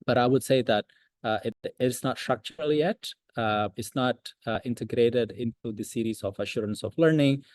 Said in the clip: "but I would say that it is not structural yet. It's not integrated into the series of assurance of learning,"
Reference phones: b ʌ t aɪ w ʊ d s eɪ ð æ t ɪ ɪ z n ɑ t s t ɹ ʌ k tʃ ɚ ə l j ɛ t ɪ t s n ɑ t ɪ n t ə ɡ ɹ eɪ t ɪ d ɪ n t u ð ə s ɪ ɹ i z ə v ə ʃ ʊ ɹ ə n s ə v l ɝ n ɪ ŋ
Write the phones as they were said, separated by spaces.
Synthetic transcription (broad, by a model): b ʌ t aɪ w ʊ d s eɪ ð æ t ɪ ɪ s n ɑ t s t ɹ ʌ k tʃ ɚ ə l j ɛ t ɪ t s n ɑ t ɪ n t ə ɡ ɹ eɪ t ɪ d ɪ n t u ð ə s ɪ ɹ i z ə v ə ʃ ʊ ɹ ə n s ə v l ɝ n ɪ ŋ